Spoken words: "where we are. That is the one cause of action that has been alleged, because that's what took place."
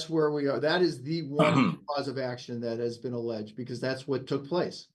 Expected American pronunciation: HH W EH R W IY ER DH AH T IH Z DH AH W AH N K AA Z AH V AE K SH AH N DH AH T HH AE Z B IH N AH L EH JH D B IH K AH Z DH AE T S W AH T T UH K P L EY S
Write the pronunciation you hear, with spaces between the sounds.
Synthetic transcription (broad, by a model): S W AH R W IY ER DH AH T IH Z DH AH W AH N K AA Z AH V AE K SH AH N DH AH T HH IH Z B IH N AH L EH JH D B IH K AH Z DH AE T S W AH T T UH K P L EY S